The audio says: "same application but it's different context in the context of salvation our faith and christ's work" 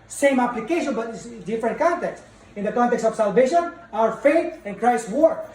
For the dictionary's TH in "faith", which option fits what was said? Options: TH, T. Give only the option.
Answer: T